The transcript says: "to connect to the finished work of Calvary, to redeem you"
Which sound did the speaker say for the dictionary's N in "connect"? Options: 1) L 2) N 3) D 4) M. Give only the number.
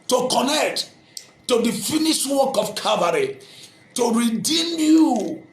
2